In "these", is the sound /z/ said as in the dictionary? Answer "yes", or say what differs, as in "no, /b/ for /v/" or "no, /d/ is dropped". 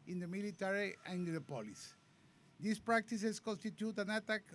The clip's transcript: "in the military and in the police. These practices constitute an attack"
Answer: no, /s/ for /z/